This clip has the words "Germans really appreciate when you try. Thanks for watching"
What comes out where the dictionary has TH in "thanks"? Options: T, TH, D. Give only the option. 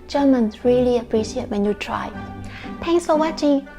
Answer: T